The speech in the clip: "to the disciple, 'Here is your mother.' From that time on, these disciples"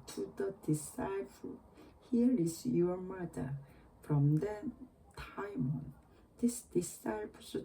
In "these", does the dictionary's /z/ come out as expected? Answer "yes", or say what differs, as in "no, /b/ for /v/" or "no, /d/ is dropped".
no, /s/ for /z/